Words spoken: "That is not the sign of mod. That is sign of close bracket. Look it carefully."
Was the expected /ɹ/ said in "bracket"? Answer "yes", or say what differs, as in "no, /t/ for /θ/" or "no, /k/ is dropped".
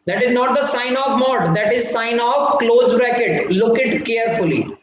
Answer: yes